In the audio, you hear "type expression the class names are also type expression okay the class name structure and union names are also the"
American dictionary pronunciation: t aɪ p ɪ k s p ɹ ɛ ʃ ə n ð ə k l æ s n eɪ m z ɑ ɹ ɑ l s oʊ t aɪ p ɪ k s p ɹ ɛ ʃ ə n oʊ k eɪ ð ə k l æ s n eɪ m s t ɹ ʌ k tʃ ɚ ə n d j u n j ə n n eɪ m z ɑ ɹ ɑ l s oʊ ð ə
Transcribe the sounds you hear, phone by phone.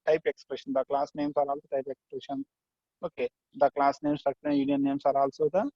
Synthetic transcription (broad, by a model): t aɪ p ɪ k s p ɹ ɛ ʃ ə n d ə k l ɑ s n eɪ m s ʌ ɹ ɑ l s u t aɪ p ɪ k s p ɹ ɛ ʃ ə n oʊ k eɪ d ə k l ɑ s n eɪ m s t ʌ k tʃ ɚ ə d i j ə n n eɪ m s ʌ ɹ ɑ l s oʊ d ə